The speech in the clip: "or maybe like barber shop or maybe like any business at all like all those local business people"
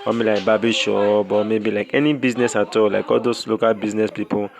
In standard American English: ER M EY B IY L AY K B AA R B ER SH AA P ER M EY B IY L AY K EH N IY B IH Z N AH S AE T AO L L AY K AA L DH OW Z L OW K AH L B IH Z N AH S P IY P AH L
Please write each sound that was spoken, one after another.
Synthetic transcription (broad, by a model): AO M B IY L AY K B AA B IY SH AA B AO M EY B IY L AY K EH N IY B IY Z N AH S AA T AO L L AY K AA L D OW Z L OW K AH L B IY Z N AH S P IY P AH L